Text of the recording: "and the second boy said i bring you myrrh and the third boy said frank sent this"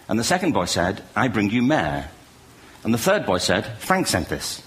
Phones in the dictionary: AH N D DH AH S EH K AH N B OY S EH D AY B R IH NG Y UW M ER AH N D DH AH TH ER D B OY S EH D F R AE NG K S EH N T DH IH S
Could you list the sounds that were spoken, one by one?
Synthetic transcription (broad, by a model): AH N DH AH S EH K AH N B OY S EH D AY B R IH NG Y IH M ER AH N DH AH TH ER D B OY S EH D F R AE NG K S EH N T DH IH S